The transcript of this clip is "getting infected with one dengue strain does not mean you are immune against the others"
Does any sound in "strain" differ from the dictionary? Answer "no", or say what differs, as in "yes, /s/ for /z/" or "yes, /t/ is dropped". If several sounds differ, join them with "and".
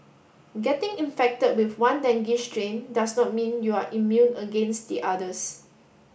yes, /ʃ/ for /s/